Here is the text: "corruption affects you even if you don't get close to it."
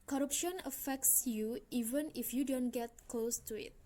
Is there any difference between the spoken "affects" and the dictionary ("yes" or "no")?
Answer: no